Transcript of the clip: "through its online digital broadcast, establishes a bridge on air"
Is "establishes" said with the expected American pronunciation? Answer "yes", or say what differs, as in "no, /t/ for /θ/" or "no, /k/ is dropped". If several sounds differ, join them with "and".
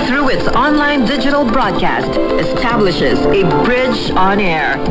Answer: yes